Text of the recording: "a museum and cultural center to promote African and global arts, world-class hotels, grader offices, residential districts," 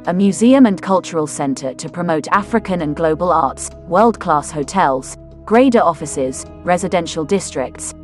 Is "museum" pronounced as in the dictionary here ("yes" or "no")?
yes